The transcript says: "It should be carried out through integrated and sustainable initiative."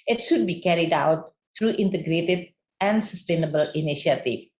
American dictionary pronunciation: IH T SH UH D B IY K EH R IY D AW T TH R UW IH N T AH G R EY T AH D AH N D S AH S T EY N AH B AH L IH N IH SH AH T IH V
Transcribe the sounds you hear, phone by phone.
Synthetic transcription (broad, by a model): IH T SH UH D B IY K EH R IY D AW T T R UW IH N T AH G R EY T AH D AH N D S AH S T EY N AH B AH L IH N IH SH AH T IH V